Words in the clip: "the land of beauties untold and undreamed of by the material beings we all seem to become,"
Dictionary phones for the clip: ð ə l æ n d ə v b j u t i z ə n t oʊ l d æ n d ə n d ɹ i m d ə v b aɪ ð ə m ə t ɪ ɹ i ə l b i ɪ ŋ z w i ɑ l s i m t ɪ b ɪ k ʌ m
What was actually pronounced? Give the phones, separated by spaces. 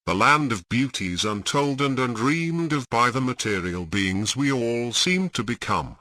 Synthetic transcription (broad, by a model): ð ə l æ n d ə v b j u t i z ə n t oʊ l d n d ə n d ɹ i m d ə v b aɪ ð ə m ə t ɪ ɹ i ə l b i ɪ ŋ z w i ɑ l s i m t ɪ b ɪ k ʌ m